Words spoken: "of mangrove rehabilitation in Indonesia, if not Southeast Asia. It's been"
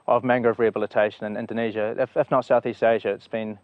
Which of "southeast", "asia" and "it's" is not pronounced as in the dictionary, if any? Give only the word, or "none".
none